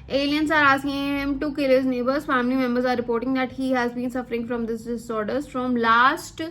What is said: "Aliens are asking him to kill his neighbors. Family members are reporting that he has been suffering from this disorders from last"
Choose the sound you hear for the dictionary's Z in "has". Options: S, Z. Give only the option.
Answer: Z